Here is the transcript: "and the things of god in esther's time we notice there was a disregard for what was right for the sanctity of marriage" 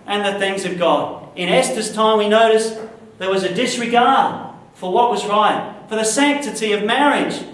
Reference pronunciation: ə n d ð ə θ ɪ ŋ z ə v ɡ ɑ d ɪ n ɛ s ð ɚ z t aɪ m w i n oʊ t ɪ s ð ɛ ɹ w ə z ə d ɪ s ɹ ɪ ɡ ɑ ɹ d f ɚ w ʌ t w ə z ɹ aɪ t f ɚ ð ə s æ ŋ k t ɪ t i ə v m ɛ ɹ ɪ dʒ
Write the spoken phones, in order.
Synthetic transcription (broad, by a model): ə n ð ə θ ɪ ŋ z ə v ɡ ɑ d ɪ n ɛ s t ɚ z t aɪ m w i n oʊ t ɪ s ð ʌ ɹ w ə z ə d ɪ s ɹ ɪ ɡ ɑ ɹ d f ɚ w ʌ t w ə z ɹ aɪ t f ɚ ð ə s æ ŋ k t ɪ t i ə v m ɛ ɹ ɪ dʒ